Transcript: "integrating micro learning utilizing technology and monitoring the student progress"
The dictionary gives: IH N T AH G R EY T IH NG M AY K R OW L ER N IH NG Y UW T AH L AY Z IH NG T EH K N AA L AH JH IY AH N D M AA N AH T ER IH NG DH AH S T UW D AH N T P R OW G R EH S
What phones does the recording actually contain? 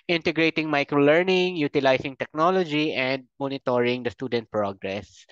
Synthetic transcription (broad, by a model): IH N T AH G R EY T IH NG M AY K R OW L ER N IH NG Y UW T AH L AY S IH NG T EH K N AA L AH JH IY AH N D M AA N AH T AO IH NG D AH S T UW D AH N T P R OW G R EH S